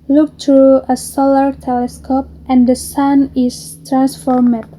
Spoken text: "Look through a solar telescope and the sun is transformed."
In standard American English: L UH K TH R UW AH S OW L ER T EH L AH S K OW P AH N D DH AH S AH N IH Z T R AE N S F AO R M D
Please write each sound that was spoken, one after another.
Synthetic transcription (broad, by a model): L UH K T R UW AH S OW L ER T EH L AH S K OW P AH N D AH S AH N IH S T R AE N S F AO R M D